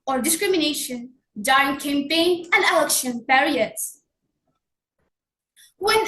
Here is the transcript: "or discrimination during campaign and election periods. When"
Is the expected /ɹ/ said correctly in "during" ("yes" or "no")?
no